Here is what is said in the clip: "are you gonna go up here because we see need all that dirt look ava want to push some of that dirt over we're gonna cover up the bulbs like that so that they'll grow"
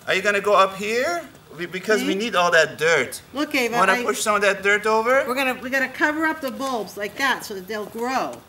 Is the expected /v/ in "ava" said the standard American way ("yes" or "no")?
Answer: no